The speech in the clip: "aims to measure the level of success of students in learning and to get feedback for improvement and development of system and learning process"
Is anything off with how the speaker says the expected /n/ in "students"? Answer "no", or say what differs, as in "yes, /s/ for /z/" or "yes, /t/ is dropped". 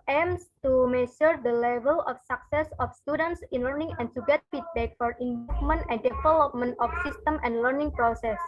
no